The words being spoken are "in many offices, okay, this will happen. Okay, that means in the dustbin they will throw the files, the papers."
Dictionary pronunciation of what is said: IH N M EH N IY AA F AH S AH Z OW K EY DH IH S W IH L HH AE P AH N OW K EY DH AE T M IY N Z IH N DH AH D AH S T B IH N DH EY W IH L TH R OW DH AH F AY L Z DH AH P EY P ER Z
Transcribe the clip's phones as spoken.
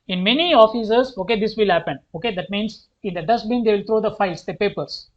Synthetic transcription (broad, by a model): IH N M EH N IY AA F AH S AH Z OW K EY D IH S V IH L HH AE P AH N OW K EY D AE T M IY N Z IH N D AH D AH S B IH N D EY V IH L T R OW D AH F AY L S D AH P EY P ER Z